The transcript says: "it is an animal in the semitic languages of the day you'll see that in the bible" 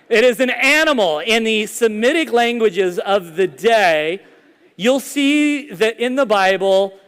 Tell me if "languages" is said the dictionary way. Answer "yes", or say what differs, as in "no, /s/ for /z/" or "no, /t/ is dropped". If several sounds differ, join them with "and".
yes